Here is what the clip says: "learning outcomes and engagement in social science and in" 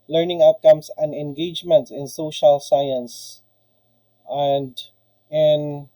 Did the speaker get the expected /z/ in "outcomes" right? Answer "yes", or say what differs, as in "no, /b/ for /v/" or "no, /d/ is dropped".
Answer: no, /s/ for /z/